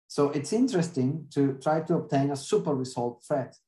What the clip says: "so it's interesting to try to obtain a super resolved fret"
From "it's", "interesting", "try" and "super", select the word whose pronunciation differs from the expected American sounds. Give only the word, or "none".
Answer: none